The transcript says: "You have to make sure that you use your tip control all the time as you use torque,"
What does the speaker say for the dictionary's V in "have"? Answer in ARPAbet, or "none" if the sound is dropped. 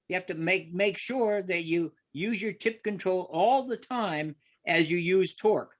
F